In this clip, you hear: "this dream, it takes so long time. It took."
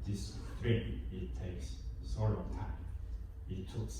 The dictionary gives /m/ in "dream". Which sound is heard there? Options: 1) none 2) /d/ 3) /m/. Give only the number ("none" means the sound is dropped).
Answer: 1